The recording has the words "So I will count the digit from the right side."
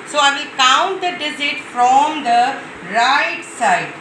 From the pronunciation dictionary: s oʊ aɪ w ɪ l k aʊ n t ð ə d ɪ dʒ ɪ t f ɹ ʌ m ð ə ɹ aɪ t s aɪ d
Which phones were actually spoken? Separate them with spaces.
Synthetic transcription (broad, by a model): s oʊ aɪ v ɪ l k aʊ n t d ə d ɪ z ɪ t f ɹ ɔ m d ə ɹ aɪ t s aɪ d